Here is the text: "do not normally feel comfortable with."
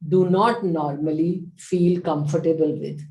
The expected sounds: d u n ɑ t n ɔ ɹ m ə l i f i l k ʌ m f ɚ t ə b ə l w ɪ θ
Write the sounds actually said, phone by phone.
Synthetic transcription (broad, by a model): d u n ɑ t n ɔ ɹ m ə l i f i l k ʌ m f ɚ t ə b ə l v ɪ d